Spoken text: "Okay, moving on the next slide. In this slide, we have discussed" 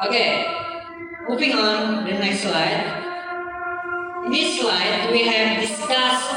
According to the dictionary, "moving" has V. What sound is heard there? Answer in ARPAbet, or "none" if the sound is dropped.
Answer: P